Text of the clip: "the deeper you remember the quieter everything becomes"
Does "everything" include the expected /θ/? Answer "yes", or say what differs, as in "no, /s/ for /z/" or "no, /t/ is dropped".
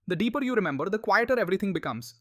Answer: no, /t/ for /θ/